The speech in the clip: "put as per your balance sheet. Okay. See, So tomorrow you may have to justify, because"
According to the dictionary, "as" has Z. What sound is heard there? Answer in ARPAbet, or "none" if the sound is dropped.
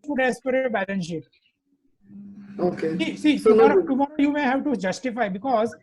S